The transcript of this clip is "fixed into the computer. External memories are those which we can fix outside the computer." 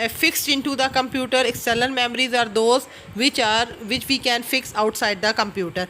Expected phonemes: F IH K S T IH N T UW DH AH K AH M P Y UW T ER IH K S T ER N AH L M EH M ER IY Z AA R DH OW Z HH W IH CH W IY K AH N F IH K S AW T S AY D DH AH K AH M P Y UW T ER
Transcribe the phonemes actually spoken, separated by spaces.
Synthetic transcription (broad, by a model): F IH K S T IH N T UW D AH K AH M P Y UW T ER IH K S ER L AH N M EH M ER IY Z AA R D OW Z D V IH CH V IY K AH N F IH K S AW T S AY D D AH K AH M P Y UW T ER